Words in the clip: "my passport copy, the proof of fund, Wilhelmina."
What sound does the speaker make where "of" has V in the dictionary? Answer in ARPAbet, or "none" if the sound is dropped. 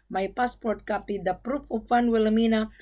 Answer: P